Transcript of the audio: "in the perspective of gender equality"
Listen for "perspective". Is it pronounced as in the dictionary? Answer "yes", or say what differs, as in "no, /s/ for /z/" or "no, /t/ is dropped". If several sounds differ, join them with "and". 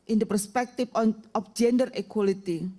no, /f/ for /v/